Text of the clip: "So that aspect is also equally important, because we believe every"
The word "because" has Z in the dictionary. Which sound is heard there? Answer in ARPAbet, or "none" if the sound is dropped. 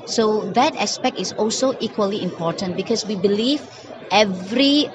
S